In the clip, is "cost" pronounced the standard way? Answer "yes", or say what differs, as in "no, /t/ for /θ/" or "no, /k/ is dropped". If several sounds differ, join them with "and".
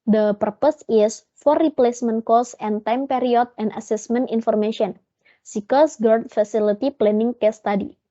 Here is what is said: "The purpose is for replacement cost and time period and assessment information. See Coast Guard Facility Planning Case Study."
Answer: no, /t/ is dropped